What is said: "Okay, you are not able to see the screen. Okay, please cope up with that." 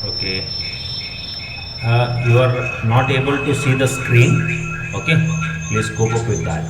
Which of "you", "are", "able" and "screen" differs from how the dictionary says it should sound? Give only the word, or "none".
none